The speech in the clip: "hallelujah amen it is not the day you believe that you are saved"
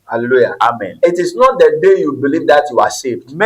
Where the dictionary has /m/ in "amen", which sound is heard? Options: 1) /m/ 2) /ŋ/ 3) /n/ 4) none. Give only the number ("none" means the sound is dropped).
1